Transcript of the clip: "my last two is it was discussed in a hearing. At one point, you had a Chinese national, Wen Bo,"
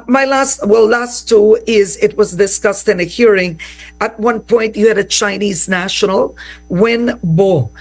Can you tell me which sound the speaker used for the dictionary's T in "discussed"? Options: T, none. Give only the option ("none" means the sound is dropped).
T